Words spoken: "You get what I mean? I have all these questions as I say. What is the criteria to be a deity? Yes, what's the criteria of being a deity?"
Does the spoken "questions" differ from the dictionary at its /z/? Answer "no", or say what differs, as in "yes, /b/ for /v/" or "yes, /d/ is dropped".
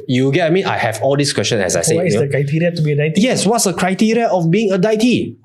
yes, /z/ is dropped